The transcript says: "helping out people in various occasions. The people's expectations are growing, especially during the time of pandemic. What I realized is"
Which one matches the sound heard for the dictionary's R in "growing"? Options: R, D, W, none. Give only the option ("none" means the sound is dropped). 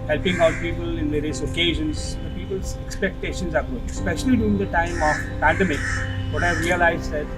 none